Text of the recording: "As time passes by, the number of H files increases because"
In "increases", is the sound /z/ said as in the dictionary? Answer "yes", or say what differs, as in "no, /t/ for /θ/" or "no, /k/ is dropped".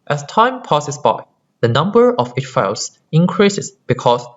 no, /s/ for /z/